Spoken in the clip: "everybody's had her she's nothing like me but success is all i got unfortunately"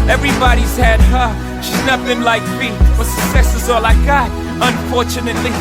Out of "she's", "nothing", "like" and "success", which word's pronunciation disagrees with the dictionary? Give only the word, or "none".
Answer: nothing